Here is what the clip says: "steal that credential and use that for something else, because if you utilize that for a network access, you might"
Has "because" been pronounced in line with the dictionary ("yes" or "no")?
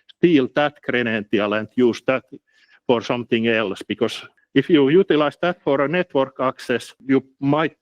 no